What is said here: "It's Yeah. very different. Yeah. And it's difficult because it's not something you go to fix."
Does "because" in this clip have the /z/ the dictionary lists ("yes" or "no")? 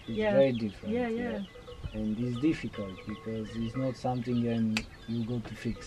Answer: yes